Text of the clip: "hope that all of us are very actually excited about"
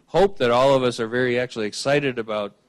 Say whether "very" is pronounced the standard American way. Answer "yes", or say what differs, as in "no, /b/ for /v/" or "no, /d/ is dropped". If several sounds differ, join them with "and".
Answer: yes